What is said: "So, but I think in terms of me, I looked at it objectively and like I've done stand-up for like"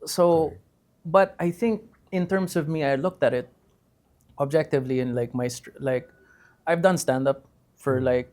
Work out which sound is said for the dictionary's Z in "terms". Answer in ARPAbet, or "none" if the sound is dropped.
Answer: S